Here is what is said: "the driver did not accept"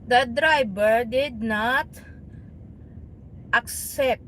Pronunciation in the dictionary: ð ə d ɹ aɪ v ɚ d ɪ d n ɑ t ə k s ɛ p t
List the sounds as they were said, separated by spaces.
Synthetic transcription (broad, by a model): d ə d ɹ aɪ b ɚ d ɪ d n ɑ t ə k s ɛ p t